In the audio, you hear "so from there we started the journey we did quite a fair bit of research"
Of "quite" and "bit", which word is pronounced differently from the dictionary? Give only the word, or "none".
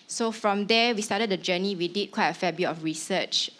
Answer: bit